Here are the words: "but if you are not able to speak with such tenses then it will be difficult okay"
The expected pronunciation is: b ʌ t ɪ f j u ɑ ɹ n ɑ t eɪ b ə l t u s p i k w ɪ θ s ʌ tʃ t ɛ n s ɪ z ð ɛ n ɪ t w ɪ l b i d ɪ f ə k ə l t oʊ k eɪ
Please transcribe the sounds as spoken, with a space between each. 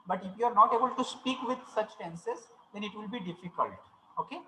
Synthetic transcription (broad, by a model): b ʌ t ɪ f j u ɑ ɹ n ɑ t eɪ b ə l t u s p i k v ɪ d s ʌ tʃ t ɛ n s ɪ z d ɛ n ɪ t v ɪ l b i d ɪ f ə k ə l t oʊ k eɪ